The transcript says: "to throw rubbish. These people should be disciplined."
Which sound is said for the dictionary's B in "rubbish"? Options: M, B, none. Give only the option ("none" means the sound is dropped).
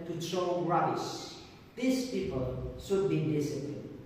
none